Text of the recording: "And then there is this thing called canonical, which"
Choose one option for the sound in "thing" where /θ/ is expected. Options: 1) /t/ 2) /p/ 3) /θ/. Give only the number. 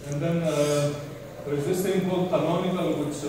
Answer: 1